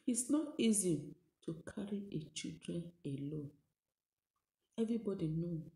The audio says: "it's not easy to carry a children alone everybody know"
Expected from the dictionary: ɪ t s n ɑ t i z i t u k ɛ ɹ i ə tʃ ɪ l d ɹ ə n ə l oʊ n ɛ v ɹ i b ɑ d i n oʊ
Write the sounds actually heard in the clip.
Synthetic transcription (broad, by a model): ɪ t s n ɑ t i z i t u k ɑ ɹ i ə tʃ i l d ɹ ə n ə l oʊ n ɛ v ɹ i b ɑ d i n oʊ